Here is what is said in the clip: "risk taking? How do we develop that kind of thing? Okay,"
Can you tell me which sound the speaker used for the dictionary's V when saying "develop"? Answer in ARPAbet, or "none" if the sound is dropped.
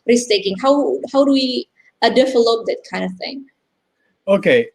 F